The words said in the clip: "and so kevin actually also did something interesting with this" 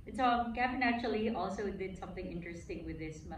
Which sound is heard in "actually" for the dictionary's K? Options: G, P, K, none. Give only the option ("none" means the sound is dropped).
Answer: none